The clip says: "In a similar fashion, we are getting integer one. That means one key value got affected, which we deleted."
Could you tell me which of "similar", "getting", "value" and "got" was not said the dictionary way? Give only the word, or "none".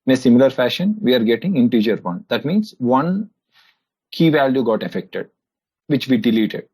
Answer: none